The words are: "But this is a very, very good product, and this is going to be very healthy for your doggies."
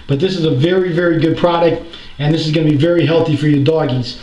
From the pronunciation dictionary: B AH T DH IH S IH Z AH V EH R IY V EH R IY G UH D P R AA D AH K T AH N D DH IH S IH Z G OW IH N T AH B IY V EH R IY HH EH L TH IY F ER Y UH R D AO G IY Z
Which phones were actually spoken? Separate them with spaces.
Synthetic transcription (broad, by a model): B AH T DH IH S IH Z AH V EH R IY V EH R IY G UH D P R AA D AH K T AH N DH IH S IH Z G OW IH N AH B IY V EH R IY HH EH L TH IY F ER Y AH R D AO G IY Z